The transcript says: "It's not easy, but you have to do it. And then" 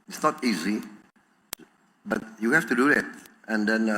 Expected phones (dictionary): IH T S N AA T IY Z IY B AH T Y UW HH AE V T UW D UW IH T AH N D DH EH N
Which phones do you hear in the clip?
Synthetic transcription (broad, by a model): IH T S N AA T IY Z IY B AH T Y UW HH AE F T UW D UW IH T AH N D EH N